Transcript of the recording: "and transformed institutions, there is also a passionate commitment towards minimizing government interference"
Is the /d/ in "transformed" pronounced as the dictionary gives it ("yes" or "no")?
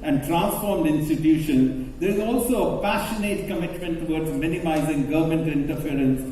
yes